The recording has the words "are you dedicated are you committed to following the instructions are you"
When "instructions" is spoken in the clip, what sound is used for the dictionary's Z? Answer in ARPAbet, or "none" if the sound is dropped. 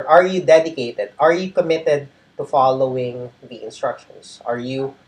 S